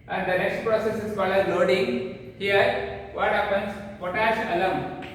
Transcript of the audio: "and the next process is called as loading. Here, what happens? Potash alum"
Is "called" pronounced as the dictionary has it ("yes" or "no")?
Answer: no